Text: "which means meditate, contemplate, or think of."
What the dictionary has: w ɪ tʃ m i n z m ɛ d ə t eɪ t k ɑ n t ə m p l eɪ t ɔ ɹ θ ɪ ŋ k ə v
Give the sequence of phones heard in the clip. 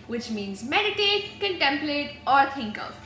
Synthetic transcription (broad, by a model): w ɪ tʃ m i n z m ɛ d ə t eɪ t k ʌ n t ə m p l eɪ t ɔ ɹ t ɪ ŋ k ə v